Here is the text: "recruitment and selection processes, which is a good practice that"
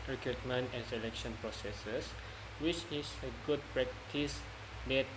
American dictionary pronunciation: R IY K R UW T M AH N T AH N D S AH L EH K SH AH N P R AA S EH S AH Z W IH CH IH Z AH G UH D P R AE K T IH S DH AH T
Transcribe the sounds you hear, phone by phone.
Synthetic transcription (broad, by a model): R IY K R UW T M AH N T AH N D S AH L EH K SH AH N P R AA S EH S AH S W IH CH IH S AH G UH D P R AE K T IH S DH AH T